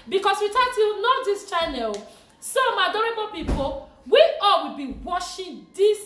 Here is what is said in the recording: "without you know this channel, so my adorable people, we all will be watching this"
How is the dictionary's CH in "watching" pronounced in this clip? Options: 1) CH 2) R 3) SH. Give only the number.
3